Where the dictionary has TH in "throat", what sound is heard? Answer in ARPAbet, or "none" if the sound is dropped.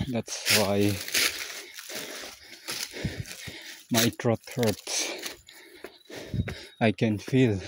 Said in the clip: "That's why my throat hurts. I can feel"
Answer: T